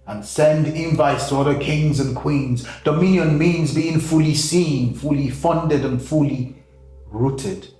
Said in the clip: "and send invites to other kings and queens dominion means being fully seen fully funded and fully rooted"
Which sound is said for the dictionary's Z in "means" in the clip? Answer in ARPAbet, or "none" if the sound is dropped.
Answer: Z